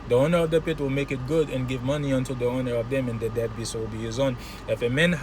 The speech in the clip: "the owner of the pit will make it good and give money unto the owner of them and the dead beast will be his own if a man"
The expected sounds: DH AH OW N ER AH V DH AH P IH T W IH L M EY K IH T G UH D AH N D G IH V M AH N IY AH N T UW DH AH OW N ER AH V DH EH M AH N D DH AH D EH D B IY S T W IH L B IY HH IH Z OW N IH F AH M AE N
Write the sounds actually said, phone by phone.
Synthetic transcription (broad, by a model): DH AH OW N ER AH V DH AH P IH T W IH L M EY K IH T G UH D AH N G IH V M AH N IY AH N T UW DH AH OW N ER AH V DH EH M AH N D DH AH D EH D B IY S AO W IH L B IY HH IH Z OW N IH F AH M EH N